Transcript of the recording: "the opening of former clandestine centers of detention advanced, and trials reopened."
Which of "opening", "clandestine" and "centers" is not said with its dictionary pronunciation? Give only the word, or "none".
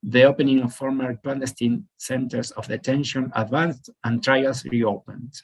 centers